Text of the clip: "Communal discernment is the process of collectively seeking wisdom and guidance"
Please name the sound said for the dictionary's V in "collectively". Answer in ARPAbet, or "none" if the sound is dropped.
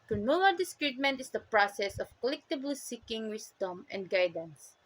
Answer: B